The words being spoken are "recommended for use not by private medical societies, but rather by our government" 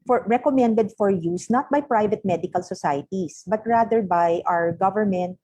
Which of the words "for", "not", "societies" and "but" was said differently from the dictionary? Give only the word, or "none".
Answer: societies